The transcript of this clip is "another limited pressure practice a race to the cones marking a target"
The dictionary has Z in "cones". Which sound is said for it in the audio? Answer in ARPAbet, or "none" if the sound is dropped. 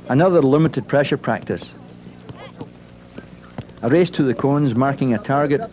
Z